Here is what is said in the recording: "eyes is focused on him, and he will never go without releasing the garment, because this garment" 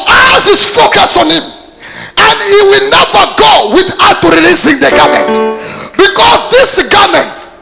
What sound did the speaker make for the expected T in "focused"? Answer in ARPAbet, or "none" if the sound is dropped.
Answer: none